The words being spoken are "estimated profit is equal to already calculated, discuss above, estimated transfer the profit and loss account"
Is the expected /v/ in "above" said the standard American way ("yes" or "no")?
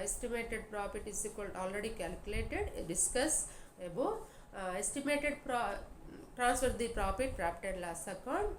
no